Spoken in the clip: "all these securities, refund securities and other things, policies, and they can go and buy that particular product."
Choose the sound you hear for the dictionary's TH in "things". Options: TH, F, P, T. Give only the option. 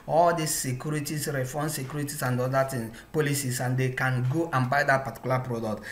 T